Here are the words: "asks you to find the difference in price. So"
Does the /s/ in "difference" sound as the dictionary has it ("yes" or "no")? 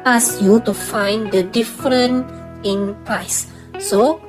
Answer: no